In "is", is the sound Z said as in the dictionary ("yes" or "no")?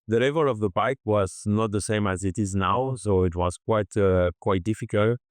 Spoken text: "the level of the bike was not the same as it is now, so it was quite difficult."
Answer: yes